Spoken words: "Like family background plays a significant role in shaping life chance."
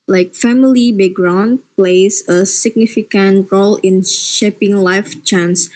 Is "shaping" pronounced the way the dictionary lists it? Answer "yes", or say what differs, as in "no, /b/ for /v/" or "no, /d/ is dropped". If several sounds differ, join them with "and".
yes